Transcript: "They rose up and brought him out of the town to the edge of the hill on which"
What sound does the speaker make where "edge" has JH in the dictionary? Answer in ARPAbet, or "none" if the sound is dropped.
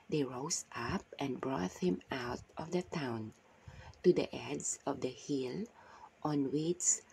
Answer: Z